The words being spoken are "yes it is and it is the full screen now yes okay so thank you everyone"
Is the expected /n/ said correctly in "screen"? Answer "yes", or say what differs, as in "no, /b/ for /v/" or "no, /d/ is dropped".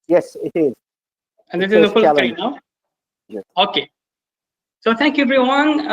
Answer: no, /l/ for /n/